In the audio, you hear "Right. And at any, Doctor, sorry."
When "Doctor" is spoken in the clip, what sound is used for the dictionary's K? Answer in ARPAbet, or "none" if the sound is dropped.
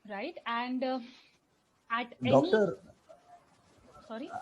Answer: none